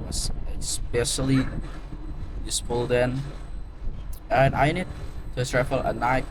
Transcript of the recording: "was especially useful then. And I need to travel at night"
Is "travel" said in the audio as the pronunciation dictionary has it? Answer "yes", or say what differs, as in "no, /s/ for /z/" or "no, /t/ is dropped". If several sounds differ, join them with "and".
no, /f/ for /v/